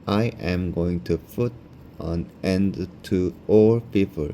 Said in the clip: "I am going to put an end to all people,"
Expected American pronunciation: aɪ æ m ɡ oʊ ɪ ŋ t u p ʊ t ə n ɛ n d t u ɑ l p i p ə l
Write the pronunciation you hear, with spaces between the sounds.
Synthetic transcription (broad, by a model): aɪ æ m ɡ oʊ ɪ ŋ t u f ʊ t ə n ɛ n d t u ɑ l p i p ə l